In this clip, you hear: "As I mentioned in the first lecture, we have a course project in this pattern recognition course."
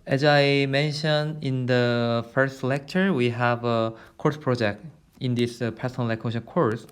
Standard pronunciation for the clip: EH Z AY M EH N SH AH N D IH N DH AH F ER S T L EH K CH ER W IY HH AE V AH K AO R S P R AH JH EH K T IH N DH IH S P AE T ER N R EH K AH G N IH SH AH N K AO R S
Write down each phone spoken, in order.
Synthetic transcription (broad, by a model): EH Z AY M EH N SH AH N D IH N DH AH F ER S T L EH K CH ER W IY HH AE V AH K AO R S P R AH JH EH K T IH N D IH S P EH S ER N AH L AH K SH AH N K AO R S